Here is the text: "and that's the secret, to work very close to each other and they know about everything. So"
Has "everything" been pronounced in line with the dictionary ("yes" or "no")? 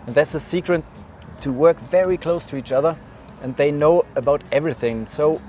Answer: yes